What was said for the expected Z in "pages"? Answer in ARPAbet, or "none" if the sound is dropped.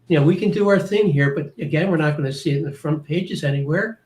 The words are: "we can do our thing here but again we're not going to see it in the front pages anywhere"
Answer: Z